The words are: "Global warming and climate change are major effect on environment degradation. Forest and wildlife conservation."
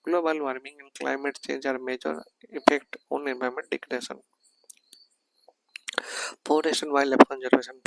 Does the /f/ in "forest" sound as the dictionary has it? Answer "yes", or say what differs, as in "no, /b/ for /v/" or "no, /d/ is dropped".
no, /p/ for /f/